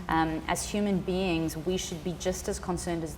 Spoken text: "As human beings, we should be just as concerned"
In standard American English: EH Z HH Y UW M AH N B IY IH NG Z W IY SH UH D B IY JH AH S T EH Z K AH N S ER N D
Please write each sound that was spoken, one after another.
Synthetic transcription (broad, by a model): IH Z HH Y UW M AH N B IY IH NG Z W IY SH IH D B IY JH AH S T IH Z K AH N S ER N D